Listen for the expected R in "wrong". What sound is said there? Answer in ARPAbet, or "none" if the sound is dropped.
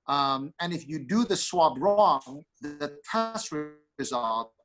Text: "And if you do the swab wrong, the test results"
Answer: R